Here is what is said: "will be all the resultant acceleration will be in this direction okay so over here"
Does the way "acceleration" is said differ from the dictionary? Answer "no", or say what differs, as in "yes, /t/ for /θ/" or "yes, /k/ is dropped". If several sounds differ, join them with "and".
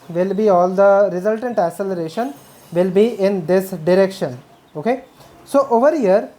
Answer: yes, /k/ is dropped